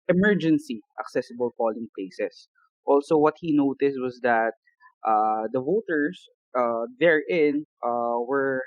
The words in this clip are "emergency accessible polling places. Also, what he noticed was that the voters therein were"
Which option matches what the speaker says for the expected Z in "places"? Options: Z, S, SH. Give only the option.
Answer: S